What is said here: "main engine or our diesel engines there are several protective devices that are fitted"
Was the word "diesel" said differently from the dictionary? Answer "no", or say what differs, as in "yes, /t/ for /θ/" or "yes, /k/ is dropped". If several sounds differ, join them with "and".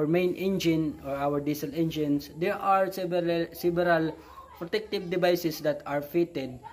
no